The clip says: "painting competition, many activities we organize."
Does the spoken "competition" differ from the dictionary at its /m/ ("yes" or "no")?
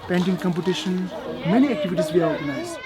no